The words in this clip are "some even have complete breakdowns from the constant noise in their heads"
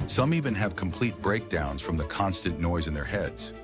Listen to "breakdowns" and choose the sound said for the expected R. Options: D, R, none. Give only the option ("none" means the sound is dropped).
R